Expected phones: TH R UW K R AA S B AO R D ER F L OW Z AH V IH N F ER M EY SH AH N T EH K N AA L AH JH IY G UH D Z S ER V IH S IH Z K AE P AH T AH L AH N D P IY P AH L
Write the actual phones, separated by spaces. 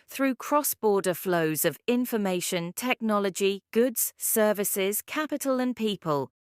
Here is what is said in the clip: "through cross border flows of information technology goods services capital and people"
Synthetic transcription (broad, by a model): TH R UW K R AA S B AO D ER F L OW Z AH V IH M F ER M EY SH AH N T EH K N AA L AH JH IY G UH D Z S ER V IH S IH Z K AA P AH T AH L AH N P IY P AH L